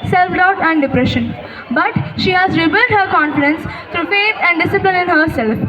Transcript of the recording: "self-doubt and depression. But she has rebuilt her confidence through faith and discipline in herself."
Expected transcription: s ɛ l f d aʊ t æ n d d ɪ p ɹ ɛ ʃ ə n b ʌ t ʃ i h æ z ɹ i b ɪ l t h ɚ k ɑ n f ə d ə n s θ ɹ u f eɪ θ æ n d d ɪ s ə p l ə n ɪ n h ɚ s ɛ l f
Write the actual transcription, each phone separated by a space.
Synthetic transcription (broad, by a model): s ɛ l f d aʊ t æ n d d ɪ p ɹ ɛ ʃ ə n b ʌ t ʃ i h æ z ɹ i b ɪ l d h ɚ k ɑ n f ə d ə n s t ɹ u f eɪ t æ n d d ɪ s ə p l ə n ɪ n h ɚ s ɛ l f